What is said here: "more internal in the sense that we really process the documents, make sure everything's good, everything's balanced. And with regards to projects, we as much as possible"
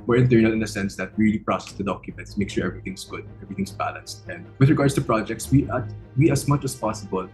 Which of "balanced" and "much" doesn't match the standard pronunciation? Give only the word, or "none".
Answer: none